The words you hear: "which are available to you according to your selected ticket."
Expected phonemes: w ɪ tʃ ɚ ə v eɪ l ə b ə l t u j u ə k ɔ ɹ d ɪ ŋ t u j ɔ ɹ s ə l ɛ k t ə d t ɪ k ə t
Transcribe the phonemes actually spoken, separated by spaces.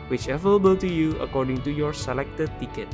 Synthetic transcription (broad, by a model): w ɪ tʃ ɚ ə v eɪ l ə b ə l t u j u ə k ɔ ɹ d ɪ ŋ t u j ɔ ɹ s ə l ɛ k t ə d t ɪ k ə t